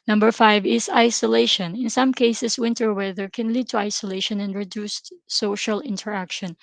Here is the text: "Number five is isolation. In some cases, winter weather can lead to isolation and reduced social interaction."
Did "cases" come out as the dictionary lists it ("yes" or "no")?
no